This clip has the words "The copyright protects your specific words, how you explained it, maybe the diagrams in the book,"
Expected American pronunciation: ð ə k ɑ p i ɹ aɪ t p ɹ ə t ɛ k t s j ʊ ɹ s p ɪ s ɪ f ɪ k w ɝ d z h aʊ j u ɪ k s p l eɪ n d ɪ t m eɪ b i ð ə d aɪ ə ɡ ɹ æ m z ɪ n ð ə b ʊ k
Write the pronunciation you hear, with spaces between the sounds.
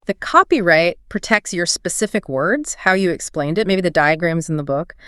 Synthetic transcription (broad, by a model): ð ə k ɑ p i ɹ aɪ t p ɹ ə t ɛ k t s j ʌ ɹ s p ɪ s ɪ f ɪ k w ɝ d z h aʊ j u ɪ k s p l eɪ n d ɪ t m eɪ b i ð ə d aɪ ə ɡ ɹ æ m z n ð ə b ʊ k